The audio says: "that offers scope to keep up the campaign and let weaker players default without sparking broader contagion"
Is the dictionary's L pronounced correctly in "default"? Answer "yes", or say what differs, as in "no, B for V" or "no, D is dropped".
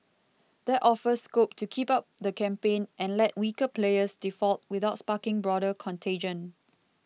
yes